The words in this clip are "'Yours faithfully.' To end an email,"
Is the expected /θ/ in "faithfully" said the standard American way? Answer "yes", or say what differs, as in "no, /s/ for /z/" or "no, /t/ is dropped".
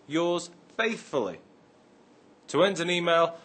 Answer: yes